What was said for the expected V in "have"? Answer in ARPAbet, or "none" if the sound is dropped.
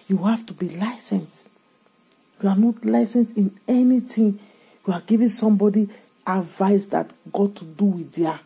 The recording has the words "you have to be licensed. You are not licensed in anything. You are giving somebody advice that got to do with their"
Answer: F